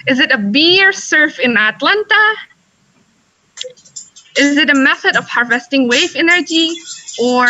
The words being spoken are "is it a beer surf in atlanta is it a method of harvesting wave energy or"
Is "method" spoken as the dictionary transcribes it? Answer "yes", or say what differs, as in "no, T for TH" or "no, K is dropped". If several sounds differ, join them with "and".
yes